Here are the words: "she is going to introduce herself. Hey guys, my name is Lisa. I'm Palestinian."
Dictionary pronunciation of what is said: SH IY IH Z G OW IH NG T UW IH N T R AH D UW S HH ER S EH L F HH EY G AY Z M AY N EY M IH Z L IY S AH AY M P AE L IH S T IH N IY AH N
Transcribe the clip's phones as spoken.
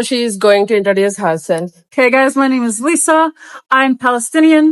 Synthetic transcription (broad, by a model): SH IY IH Z G OW IH NG T UW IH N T AH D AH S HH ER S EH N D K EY G AY Z M AY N EY M IH Z L IY S AH AY M P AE L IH S T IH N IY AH N